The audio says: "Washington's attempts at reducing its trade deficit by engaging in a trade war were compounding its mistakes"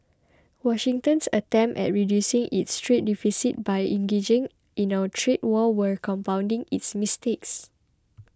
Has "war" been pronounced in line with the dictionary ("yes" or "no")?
no